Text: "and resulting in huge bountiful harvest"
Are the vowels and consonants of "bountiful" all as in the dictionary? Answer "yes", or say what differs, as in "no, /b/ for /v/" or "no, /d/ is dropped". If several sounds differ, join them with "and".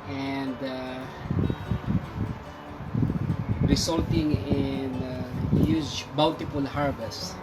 no, /l/ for /n/ and /p/ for /f/